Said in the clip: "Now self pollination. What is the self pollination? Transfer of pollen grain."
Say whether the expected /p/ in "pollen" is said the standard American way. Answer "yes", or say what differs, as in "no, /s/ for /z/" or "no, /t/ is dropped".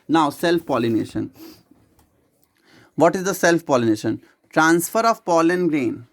yes